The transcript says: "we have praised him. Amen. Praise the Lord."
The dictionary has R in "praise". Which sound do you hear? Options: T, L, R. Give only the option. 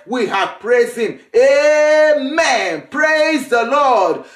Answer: R